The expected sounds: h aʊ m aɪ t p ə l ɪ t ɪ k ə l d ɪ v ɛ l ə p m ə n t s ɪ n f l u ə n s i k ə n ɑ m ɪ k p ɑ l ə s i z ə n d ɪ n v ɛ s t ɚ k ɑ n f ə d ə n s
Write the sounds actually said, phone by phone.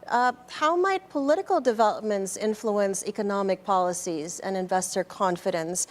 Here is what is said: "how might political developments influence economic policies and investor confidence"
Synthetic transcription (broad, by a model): h aʊ m aɪ t p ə l ɪ t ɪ k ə l d ɪ v ɛ l ə p m ə n t s ɪ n f l u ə n s i k ə n ɑ m ɪ k p ɑ l ə s i z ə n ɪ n v ɛ s t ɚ k ɑ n f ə d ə n s